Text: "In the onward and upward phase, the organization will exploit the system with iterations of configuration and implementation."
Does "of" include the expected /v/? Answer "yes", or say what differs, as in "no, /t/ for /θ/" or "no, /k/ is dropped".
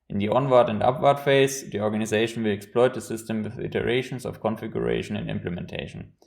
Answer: no, /f/ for /v/